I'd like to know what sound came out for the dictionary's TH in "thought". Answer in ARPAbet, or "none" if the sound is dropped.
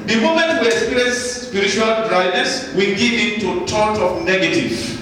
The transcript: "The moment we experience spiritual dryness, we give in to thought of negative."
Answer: T